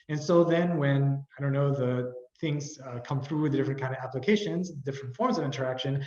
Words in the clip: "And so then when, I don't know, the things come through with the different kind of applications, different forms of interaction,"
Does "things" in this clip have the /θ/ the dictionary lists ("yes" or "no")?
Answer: yes